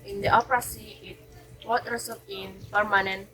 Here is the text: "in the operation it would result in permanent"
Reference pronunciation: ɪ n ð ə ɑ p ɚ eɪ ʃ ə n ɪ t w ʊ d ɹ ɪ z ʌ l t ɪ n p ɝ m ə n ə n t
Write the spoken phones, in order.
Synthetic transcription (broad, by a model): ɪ n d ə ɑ p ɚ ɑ s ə ɪ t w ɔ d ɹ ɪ s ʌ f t ɪ n p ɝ m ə n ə n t